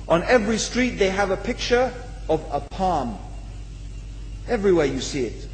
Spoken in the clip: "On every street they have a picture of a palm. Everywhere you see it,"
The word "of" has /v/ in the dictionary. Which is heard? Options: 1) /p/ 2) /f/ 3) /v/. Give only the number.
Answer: 3